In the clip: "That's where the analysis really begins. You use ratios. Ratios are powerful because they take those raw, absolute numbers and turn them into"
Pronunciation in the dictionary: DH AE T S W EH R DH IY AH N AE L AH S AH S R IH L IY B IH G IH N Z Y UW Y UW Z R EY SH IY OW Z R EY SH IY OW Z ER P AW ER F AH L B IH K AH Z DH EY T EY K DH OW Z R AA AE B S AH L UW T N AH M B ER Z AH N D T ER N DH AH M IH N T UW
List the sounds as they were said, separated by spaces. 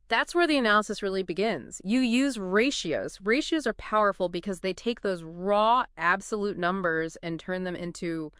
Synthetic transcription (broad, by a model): DH AE T S W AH R DH IY AH N AE L AH S AH S R IH L IY B IH G IH N Z Y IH Y UW Z R EY SH IY OW Z R EY SH IY OW Z ER P AW ER F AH L B IH K AH Z DH EY T EY K DH OW Z R AA AE B S AH L UW T N AH M B ER Z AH N T ER N DH AH M IH N T UW